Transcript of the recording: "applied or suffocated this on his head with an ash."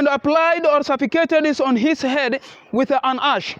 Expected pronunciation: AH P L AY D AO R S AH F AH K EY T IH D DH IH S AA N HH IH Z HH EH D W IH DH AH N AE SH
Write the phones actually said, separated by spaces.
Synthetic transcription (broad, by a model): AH P L AY D AO R S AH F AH K EY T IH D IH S AA N HH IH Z HH EH D W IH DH AH N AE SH